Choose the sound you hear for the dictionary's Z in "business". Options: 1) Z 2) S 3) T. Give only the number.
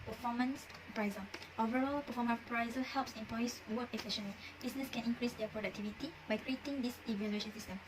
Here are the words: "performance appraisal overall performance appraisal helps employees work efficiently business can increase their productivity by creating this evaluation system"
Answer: 2